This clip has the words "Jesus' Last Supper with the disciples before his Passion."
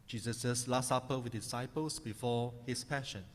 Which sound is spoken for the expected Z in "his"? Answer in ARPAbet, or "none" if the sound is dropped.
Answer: S